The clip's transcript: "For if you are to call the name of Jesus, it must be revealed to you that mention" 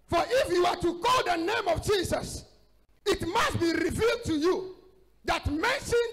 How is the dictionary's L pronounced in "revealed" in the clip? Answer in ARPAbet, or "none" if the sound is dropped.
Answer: L